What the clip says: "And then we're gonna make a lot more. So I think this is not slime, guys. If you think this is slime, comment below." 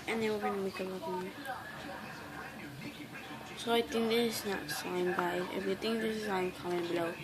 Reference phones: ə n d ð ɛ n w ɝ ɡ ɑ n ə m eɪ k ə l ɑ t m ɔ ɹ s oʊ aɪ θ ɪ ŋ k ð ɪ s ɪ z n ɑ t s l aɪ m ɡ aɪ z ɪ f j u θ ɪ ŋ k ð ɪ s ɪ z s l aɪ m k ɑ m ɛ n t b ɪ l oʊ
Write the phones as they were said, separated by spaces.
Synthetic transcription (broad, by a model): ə n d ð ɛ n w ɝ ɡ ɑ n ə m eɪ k ə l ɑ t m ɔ s oʊ aɪ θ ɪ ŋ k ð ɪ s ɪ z n ɑ t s aɪ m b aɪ ɪ f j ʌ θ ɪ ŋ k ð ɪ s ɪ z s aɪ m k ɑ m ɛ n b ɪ l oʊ